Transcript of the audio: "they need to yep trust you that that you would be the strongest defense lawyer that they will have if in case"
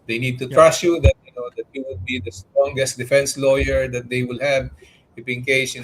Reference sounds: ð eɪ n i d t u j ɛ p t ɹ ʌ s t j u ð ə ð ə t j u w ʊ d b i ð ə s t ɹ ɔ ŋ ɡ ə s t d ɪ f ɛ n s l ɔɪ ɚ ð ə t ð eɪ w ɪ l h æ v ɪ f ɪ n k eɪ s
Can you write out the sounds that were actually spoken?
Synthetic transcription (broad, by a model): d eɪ n i d t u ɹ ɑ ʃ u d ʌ t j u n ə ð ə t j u w ʊ d b i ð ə s t ɹ ɔ ŋ ɡ ə s t d ɪ f ɛ n s l ɔɪ ɚ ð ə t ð eɪ w ɪ l h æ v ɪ p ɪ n k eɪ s